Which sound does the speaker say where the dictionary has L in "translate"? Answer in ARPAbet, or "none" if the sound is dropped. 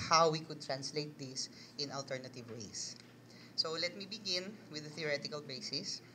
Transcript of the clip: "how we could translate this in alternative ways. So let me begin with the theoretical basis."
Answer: L